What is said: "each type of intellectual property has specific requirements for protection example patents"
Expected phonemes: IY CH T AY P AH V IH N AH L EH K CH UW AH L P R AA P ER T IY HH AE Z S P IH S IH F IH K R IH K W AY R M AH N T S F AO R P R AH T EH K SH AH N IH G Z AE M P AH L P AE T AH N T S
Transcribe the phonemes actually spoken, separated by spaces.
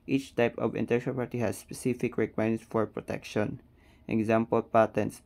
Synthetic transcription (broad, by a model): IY CH T AY P AH V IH N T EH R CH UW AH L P AA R T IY HH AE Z S P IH S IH F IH K R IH K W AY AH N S F AO R P R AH T EH K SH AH N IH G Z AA M P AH L P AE T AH N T S